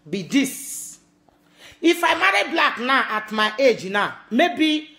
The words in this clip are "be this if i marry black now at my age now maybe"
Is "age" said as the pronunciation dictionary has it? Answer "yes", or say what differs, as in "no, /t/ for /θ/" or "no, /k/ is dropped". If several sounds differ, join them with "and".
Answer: yes